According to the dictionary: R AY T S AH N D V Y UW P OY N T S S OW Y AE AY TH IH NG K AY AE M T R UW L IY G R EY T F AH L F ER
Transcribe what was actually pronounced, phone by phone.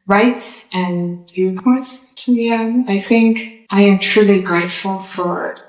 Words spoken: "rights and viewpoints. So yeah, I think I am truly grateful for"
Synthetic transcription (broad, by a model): R AY T S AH N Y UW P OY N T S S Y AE AY TH IH NG K AY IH M T R UW L IY G R EY T F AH L F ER